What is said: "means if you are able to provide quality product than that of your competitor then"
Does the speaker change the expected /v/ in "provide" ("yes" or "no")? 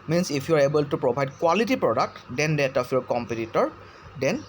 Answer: yes